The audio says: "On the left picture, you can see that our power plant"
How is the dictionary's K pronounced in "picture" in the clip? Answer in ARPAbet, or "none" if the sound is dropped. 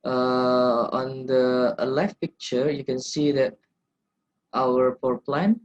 K